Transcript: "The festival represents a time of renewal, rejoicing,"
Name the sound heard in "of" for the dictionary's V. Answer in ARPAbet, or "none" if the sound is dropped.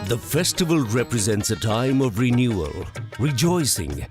V